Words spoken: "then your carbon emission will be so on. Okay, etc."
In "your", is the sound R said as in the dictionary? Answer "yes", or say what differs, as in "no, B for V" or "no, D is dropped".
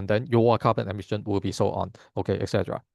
no, W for R